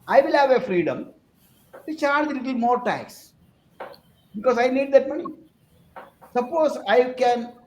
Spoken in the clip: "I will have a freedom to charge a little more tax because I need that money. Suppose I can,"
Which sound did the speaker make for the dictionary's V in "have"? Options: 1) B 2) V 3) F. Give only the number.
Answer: 2